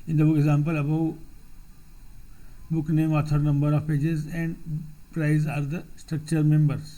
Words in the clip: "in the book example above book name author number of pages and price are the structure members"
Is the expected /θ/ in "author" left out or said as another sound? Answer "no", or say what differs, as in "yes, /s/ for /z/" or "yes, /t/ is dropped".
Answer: yes, /t/ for /θ/